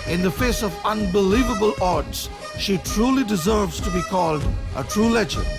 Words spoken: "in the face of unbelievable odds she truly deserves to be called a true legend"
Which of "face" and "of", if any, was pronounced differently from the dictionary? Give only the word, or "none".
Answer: none